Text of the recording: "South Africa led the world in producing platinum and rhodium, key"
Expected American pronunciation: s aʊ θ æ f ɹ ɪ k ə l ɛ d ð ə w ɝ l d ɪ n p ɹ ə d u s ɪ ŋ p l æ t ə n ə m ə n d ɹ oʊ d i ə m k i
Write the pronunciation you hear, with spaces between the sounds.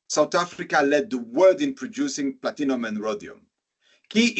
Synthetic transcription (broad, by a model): s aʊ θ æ f ɹ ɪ k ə l ɛ d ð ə w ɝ d ɪ n p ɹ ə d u s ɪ ŋ p l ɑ t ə n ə m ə n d ɹ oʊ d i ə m k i